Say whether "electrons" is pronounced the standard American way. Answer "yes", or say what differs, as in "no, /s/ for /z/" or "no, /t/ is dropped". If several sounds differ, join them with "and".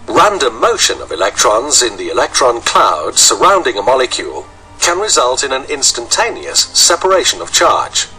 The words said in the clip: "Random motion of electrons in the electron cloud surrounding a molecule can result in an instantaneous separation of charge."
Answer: yes